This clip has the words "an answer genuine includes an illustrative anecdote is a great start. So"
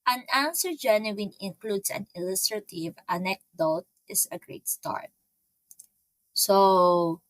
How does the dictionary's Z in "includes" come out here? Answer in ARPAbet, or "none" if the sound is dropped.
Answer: S